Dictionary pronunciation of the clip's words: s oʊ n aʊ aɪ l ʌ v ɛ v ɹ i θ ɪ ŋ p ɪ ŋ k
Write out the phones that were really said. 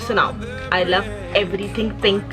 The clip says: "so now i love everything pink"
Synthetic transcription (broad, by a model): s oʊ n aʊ aɪ l ʌ v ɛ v ɹ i t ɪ ŋ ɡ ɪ ŋ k